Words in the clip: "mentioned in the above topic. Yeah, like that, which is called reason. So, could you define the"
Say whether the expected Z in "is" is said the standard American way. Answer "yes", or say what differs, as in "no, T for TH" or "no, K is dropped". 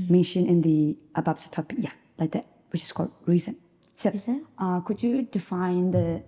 no, S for Z